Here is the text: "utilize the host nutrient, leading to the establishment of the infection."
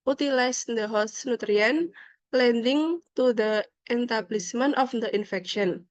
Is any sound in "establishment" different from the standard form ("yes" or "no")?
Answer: yes